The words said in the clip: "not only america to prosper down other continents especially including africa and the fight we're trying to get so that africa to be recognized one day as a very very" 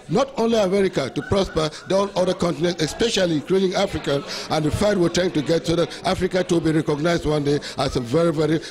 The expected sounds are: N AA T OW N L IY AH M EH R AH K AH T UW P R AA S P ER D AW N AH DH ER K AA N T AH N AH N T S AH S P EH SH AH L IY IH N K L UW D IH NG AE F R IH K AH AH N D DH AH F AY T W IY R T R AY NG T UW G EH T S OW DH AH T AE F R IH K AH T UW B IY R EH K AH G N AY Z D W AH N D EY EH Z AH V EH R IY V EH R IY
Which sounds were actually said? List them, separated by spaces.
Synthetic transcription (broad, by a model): N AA T OW N L IY AH M EH R AH K AH T UW P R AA S P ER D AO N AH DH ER K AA N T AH N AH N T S AH S P EH SH AH L IY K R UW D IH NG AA F R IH K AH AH N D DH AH F AY T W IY L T AY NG T UW G EH T S OW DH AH T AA F R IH K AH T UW B IY R EH K AH G N AY Z D W AH N D EY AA S AH V EH R IY V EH R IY